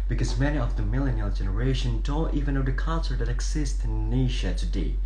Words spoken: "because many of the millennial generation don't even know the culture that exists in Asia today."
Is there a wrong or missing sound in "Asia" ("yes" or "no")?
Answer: yes